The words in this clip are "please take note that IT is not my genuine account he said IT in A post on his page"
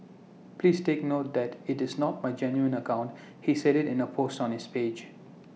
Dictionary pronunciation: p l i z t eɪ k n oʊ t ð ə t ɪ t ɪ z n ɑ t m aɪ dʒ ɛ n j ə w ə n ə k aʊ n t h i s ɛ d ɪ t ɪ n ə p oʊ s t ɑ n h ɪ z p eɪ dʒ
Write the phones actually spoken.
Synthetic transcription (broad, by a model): p l i s t eɪ k n oʊ t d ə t ɪ t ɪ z n ɑ t m aɪ dʒ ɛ n j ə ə n ə k aʊ n t h i s ɛ d ɪ t ɪ n ə p oʊ s t ɑ n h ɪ s p eɪ dʒ